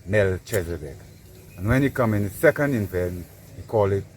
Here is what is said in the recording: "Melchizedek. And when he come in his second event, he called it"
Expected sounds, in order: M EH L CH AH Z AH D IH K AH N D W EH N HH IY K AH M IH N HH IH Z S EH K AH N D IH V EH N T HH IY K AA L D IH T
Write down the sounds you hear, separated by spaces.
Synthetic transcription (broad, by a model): M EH L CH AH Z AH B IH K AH N W EH N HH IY K AH M IH N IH S EH K AH N D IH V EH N HH IY K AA L IH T